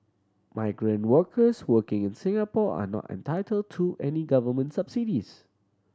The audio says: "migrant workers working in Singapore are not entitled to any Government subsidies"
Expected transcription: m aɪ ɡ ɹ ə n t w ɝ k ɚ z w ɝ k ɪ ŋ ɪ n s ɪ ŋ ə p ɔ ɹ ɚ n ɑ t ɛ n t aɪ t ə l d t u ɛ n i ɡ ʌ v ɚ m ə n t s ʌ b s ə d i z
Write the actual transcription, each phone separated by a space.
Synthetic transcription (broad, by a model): m aɪ ɡ ɹ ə n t w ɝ k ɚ s w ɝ k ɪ ŋ ɪ n s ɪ ŋ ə p ɔ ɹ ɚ n ɑ t ɛ n t aɪ t ə l d t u ɛ n i ɡ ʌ v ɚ m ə n t s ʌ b s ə d i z